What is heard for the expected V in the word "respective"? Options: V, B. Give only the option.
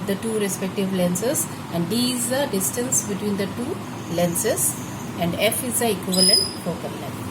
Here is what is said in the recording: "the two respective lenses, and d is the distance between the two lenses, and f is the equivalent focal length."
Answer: V